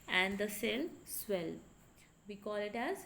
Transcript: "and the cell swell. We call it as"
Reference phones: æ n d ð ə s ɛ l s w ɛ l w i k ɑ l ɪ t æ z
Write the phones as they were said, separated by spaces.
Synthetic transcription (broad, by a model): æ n d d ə s ɛ l s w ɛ l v i k ɑ l ɪ t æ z